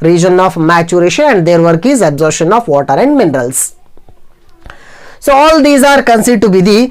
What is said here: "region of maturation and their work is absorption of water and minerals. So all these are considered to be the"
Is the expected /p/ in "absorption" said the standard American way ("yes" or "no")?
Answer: no